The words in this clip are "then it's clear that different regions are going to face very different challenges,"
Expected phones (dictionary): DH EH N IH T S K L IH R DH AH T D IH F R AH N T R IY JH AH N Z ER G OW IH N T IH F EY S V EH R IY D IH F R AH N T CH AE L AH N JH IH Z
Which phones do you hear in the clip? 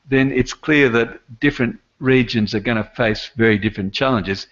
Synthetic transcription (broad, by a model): DH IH N IH T S K L IH R DH AH T D IH F R AH N T R IY JH AH N Z ER G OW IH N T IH F EY S V EH R IY D IH F R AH N CH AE L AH N JH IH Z